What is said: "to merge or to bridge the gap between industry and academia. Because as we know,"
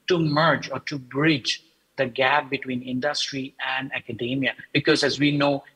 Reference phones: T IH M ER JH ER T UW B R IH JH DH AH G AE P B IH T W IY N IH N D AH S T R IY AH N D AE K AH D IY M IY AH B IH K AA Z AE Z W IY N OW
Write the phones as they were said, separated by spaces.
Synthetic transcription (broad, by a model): T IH M ER JH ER T UW B R IH JH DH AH G AE P B IH T W IY N IH N D AH S T R IY AH N D AE K AH D IY M IY AH B IH K AA Z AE Z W IY N OW